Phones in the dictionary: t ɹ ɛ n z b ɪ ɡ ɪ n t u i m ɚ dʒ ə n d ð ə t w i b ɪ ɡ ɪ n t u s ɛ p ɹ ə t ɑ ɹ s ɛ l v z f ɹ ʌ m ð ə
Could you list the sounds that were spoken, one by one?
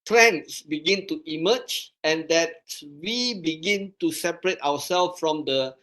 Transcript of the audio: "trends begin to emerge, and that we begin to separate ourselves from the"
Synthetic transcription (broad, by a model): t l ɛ n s b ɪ ɡ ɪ n t u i m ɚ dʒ ə n d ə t w i b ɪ ɡ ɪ n t u s ɛ p ɹ ə t ɑ w s ɛ l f f ɹ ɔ m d ə